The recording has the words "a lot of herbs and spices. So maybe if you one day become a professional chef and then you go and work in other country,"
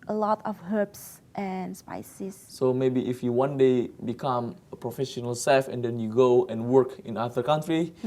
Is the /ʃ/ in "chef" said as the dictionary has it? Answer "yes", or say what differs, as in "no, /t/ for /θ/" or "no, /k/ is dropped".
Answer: no, /s/ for /ʃ/